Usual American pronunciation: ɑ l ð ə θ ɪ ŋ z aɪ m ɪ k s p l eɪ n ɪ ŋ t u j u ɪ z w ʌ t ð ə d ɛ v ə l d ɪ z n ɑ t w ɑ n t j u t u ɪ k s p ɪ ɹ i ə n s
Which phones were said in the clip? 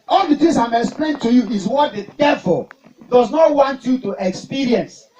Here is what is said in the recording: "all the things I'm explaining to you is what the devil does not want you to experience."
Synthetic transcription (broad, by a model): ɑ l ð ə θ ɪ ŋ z aɪ m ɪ k s p l eɪ ɪ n t u j u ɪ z w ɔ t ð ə d ɛ v ə l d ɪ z n ɑ t w ɑ n t j u t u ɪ k s p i ɹ i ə n s